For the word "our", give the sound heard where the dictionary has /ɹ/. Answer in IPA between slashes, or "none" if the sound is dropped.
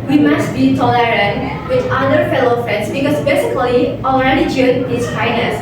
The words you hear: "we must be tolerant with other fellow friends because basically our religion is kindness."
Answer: /l/